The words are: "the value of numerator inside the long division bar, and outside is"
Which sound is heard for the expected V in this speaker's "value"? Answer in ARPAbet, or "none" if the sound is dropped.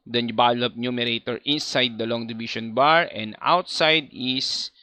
B